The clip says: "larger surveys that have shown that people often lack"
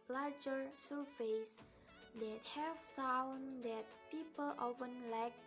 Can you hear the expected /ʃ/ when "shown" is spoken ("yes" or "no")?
no